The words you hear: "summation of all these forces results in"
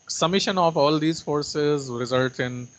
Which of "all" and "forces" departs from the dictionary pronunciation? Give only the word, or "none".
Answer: none